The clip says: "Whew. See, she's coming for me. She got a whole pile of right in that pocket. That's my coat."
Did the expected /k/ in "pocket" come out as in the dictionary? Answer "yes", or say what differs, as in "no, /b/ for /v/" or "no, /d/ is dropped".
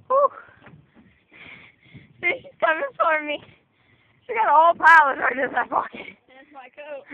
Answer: no, /k/ is dropped